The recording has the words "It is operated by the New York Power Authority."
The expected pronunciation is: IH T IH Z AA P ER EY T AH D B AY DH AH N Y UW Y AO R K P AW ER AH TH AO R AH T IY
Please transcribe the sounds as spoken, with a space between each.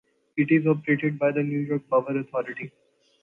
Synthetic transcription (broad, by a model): IH T IH Z AA P ER EY T AH D B AY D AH N Y UW Y AO R K B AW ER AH T AO R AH T IY